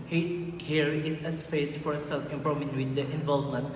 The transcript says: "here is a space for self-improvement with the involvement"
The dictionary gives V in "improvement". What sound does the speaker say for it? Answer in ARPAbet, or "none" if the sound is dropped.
none